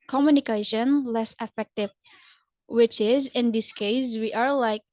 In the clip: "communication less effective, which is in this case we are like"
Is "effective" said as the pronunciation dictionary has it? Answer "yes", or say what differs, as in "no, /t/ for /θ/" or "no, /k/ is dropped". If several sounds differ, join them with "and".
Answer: yes